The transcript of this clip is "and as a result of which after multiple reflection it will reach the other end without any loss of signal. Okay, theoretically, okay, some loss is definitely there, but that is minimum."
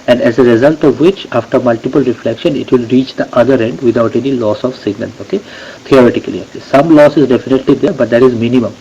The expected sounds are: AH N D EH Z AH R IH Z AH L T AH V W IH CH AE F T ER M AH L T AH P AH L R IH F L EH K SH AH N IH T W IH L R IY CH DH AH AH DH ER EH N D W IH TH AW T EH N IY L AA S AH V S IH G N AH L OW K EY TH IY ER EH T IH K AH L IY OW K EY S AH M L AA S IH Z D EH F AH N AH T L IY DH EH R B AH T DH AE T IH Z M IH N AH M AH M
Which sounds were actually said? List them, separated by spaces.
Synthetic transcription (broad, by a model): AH N D EH Z AH R IH Z AH L T AH V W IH CH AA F T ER M AH L T AH P AH L R IH F L EH K SH AH N IH T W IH L R IY CH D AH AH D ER EH N D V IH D AW T EH N IY L AA S AH V S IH G N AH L OW K EY T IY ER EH T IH K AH L IY OW K EY S AH M L AA S IH Z D EH F AH N AH T L IY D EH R B AH T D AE T IH Z M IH N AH M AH M